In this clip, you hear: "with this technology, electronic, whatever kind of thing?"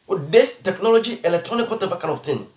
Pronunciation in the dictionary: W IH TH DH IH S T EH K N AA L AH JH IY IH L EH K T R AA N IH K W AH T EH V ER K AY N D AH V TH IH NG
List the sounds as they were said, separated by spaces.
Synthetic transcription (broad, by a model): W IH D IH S T EH K N AA L AH JH IY IH L EH K T R AA N IH K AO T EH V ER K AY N AH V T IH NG